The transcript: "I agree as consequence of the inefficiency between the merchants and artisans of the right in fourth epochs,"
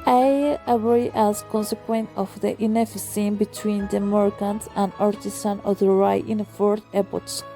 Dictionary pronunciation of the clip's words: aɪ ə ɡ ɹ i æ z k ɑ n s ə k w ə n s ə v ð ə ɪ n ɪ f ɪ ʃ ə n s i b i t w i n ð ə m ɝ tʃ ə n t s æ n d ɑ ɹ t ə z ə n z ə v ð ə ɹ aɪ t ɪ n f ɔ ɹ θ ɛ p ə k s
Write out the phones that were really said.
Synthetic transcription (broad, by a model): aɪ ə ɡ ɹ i æ z k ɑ n s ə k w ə n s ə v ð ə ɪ n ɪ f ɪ s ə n b i t w i n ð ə m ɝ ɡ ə n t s æ n d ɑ ɹ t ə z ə n ə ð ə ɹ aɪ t ɪ n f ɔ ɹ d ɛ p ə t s